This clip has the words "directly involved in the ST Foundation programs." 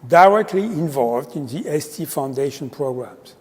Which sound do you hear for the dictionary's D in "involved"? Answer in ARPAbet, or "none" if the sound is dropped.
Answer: D